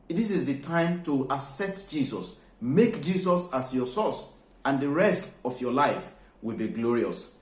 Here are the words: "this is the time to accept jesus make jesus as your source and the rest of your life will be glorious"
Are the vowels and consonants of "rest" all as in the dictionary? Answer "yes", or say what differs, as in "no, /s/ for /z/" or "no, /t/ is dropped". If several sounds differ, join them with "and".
yes